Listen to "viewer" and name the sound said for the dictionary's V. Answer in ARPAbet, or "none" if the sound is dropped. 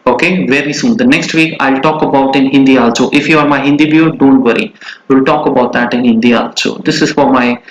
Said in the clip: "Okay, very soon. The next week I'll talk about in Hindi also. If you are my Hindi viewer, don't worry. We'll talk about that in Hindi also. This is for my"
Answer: B